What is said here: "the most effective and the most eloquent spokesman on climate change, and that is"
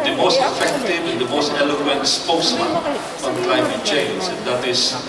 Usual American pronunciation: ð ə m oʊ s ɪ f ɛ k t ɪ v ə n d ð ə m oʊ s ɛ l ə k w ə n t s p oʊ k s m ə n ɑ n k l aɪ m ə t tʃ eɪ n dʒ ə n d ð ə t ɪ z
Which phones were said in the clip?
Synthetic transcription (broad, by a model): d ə m oʊ s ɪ f ɛ k t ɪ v ə n d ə m oʊ s ɛ l ə k w ə n t s p oʊ s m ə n ɑ n k l aɪ m ə t tʃ eɪ n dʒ ə n d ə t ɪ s